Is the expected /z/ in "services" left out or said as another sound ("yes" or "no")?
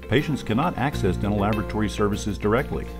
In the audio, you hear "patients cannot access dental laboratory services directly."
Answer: no